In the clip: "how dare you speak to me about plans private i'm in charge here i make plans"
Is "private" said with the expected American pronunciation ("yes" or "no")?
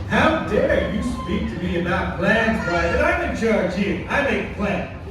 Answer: no